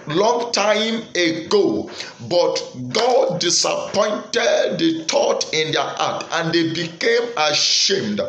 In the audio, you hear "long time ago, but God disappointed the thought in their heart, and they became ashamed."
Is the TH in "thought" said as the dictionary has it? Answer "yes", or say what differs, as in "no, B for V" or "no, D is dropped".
no, T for TH